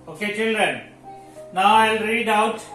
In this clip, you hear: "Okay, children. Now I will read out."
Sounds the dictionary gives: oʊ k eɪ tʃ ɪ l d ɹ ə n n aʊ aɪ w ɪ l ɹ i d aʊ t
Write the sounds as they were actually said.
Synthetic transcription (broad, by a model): oʊ k eɪ tʃ ɪ l d ɹ ə n n aʊ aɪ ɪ l ɹ i d aʊ t